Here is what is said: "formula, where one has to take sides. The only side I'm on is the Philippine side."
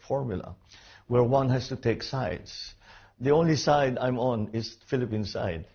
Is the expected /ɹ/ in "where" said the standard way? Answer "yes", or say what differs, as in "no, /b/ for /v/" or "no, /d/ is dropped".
yes